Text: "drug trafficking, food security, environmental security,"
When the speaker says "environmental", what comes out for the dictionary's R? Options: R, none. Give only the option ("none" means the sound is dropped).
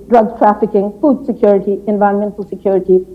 none